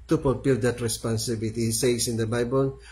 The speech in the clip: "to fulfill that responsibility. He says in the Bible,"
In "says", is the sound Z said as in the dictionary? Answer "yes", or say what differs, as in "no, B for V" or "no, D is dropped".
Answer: no, S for Z